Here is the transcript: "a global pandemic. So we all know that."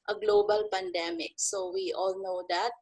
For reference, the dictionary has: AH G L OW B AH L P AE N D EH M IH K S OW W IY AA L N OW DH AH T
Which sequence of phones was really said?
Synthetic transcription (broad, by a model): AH G L OW B AH L P AE N D EH M IH K S OW W IY AA L N OW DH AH T